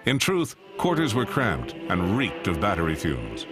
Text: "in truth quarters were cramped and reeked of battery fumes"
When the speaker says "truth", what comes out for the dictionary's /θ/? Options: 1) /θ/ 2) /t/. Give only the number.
1